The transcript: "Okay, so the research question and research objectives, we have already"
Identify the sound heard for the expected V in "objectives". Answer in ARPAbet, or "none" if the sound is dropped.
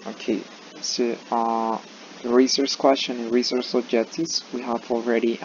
none